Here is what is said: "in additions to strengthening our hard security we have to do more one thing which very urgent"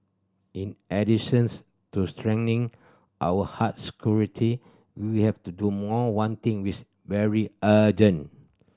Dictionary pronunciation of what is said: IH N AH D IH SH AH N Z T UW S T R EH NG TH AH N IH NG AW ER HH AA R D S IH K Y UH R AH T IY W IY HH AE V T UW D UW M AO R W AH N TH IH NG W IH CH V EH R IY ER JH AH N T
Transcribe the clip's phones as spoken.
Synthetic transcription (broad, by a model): IH N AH D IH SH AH N S T UW S T R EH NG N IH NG AW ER HH AA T S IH K Y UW R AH T IY W IY HH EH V T UW D UW M AO W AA N T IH NG W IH S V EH R IY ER JH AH N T